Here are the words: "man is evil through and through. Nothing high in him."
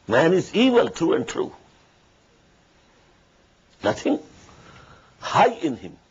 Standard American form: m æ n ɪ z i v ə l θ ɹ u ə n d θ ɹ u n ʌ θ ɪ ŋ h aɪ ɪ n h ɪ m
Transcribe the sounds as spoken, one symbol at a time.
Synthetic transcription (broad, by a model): m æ n ɪ z i v ə l t ɹ u ə n d t ɹ u n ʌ t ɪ ŋ h aɪ ɪ n h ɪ m